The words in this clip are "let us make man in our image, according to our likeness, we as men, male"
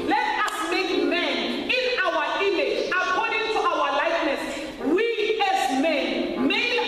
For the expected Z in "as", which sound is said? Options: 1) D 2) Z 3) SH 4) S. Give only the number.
4